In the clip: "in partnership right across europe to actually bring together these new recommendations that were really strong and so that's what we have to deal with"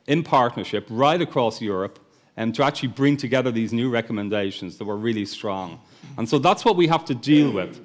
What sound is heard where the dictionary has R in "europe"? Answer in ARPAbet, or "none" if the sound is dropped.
R